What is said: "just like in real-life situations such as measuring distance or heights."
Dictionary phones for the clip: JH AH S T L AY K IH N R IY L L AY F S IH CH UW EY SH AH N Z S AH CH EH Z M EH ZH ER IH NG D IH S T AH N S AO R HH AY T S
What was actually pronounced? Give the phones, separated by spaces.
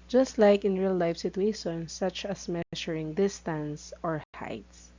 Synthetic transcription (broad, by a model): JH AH S T L AY K IH N R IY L L AY F S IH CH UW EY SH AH N S AH CH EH S M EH SH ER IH NG D IH S T AH N S AO R HH AY T S